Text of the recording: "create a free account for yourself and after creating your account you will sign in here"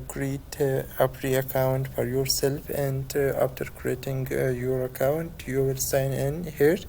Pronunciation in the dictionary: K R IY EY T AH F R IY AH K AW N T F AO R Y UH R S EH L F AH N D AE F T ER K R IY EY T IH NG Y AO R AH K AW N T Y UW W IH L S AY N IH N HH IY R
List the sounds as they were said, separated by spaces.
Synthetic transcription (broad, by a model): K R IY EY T AH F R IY AH K AW N T F AO R Y UH R S EH L F AH N D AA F T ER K R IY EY T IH NG Y AO R AH K AW N T Y UW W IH L S AY N IH N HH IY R